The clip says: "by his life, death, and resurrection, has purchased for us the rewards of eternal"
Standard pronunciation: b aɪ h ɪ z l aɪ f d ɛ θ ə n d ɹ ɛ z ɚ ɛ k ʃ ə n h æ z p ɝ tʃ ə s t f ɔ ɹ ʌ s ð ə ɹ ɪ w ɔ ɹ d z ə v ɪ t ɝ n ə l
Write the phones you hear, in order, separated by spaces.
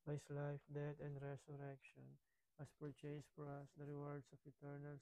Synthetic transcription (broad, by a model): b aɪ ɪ s l aɪ f d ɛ t ə n d ɹ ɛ s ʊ ɛ k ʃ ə n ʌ s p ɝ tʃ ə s f ɔ ɹ ʌ s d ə ɹ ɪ w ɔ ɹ d s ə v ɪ t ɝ n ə l